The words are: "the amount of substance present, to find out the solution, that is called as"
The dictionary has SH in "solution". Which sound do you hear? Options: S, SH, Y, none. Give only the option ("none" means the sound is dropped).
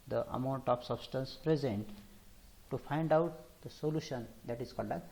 SH